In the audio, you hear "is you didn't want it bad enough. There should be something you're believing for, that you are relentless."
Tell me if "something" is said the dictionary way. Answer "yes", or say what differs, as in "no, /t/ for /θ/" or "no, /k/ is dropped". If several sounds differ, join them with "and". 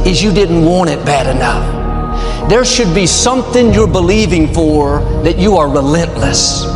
yes